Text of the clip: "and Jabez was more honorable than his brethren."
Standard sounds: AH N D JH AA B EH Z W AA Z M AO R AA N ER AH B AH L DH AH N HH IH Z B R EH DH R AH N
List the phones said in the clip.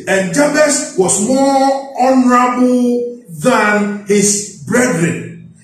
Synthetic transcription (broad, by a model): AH N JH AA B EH S W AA S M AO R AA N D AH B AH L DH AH N HH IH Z B R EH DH R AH N